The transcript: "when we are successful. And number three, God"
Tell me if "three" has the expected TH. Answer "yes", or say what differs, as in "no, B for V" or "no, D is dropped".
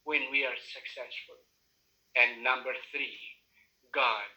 yes